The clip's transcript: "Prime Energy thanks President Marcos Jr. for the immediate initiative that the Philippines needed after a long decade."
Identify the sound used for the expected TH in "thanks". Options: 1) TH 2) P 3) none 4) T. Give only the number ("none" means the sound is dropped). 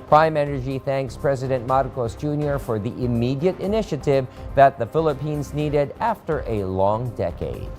1